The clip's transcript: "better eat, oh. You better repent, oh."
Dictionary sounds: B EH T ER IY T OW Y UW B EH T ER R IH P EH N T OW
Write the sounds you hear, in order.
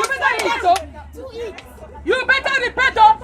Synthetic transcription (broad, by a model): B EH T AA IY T OW Y UW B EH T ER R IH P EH T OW